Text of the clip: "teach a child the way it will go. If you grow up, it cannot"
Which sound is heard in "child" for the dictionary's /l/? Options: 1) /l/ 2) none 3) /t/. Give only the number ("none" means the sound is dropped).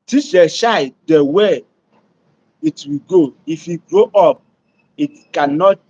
2